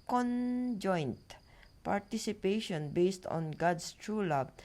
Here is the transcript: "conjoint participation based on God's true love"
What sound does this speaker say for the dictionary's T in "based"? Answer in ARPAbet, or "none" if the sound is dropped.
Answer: T